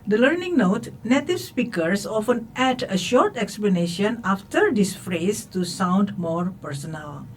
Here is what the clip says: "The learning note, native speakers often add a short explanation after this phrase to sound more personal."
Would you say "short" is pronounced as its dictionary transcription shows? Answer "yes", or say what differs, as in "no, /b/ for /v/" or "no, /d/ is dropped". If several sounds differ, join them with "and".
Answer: yes